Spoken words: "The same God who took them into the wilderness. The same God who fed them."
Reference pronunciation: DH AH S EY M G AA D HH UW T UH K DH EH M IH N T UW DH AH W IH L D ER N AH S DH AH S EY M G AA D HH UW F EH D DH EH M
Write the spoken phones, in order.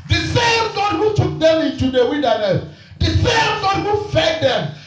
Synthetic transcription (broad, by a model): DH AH S EY M G AA D HH UW T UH K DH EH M IH N T UW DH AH W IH N D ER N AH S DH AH S EY M G AA D HH UW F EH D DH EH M